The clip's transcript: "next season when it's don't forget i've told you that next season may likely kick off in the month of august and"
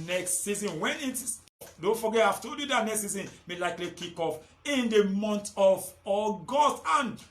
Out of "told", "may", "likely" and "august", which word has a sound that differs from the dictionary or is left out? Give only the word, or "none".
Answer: told